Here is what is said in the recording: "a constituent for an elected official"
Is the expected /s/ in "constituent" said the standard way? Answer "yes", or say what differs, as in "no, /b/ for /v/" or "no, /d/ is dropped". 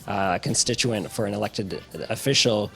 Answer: yes